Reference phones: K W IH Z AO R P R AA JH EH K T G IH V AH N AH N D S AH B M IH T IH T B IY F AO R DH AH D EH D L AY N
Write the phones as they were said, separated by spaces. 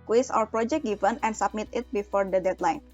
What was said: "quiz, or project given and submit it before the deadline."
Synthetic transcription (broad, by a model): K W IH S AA W P R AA JH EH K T G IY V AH N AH N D S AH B M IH T IH T B IY F AO R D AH D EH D L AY N